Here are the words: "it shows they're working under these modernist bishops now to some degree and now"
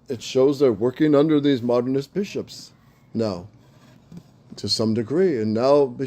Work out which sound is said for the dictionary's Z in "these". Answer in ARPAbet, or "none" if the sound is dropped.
Z